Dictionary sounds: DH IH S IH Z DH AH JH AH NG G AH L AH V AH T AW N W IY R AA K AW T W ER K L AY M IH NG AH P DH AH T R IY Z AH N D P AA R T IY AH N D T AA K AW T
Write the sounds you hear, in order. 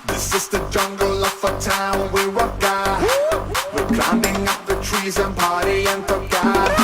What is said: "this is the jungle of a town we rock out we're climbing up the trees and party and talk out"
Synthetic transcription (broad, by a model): DH IH S IH Z DH AH JH AH NG G L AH F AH T AW N W IY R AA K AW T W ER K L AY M IH NG AH P DH AH T R IY Z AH N P AA R T IY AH N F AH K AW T